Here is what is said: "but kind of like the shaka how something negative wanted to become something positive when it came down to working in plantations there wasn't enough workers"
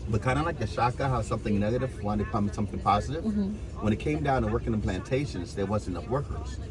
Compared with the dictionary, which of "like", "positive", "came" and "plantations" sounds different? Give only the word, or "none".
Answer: none